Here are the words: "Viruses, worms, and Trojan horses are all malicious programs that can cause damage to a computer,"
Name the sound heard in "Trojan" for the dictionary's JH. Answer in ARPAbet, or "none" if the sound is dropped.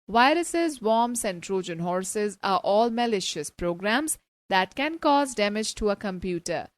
JH